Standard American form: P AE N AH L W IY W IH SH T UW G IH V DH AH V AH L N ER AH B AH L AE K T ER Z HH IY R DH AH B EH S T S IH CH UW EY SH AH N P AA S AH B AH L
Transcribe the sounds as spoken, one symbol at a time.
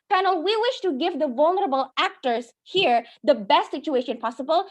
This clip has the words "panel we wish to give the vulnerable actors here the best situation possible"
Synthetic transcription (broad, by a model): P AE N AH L W IY W IH SH T UW G IH V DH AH V AH L N ER AH B AH L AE K T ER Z HH IY R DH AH B EH S T S IH CH UW EY SH AH N P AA S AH B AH L